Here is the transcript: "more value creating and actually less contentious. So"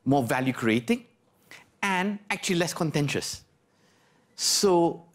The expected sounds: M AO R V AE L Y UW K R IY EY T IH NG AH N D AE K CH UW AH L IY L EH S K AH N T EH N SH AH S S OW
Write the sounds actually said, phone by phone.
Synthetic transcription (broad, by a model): M AO V AE L Y UW K R IY EY T IH NG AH N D AE K CH UW AH L IY L EH S K AH N T EH N SH AH S S OW